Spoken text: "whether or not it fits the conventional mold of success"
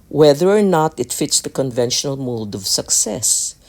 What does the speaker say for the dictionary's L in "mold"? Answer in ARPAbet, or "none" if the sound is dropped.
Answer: none